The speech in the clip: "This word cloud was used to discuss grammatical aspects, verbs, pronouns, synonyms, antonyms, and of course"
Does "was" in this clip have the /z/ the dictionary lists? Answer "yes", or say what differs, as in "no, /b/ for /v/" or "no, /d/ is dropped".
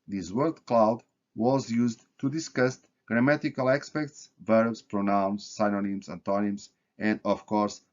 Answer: yes